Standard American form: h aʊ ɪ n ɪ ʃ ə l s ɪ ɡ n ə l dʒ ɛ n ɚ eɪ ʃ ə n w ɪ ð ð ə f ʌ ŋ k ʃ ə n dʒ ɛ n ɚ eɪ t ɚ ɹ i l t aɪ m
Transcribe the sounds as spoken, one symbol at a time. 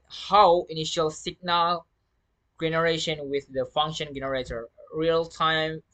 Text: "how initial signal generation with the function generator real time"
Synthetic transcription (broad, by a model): h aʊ ɪ n ɪ ʃ ə l s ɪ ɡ n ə l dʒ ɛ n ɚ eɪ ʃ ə n w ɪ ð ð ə f ʌ ŋ k ʃ ə n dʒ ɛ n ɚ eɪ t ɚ ɹ i l t aɪ m